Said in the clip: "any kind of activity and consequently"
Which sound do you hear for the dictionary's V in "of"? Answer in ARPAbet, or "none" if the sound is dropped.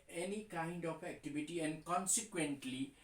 P